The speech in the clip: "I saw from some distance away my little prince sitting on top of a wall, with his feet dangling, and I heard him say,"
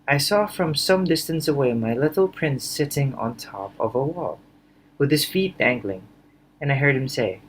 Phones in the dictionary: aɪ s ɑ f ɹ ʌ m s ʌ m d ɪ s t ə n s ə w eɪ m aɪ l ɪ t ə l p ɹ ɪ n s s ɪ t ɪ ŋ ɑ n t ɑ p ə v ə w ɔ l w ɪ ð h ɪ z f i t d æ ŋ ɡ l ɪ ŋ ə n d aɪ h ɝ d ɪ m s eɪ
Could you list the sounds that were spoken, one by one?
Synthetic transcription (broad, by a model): aɪ s ɑ f ɹ ʌ m s ʌ m d ɪ s t ə n s ə w eɪ m aɪ l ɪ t l p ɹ ɪ n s s ɪ t ɪ ŋ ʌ n t ɑ p ə v ə w ɔ l w ɪ ð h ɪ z f i t d æ ŋ ɡ l ɪ ŋ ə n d aɪ h ɝ d ɪ m s eɪ